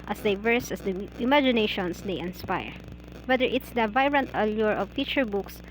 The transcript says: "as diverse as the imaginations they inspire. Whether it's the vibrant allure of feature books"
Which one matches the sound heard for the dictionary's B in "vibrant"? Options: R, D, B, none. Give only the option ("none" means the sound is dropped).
none